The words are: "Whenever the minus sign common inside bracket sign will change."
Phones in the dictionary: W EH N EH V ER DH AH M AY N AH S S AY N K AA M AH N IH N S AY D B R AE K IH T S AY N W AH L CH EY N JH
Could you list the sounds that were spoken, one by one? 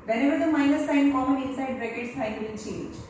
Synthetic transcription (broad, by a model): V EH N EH V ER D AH M AY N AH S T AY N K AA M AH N IH N S AY D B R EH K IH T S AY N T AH N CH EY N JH